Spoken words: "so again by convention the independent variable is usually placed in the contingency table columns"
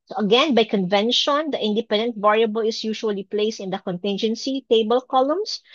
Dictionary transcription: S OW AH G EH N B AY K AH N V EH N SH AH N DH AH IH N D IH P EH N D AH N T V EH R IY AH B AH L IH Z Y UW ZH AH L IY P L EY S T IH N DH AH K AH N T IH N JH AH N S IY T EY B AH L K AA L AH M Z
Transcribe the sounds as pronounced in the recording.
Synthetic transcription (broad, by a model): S OW AH G EH N B AY K AH N V EH N SH AH N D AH IH N D IH P EH N D AH N T V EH R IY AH B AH L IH S Y UW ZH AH L IY P L EY S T IH N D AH K AH N T IH N JH AH N S IY T EY B AH L K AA L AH M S